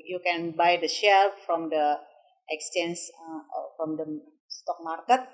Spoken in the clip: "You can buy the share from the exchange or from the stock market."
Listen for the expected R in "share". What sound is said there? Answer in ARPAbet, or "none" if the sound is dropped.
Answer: L